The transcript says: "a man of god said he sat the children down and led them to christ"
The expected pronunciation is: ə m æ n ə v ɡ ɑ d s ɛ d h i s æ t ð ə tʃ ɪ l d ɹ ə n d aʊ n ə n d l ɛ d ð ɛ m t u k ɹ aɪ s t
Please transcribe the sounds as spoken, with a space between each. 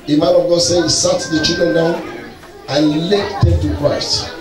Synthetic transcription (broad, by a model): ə m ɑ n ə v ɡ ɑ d s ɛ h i s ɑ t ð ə tʃ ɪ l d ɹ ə n d aʊ n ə n l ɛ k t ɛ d t u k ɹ aɪ s t